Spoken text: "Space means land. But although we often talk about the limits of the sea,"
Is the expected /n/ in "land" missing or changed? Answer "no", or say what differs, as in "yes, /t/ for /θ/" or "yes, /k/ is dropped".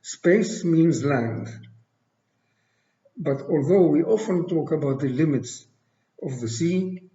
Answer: no